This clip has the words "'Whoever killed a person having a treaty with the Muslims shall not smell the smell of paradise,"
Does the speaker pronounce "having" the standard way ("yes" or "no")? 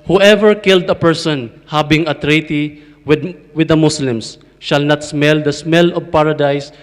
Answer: no